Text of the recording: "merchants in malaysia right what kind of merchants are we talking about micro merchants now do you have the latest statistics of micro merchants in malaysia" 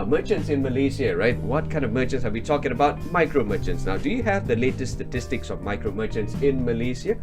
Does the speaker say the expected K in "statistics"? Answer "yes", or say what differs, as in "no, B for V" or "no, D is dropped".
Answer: yes